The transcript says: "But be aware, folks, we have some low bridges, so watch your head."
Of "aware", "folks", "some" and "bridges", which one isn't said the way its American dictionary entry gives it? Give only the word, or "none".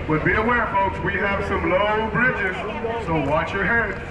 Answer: none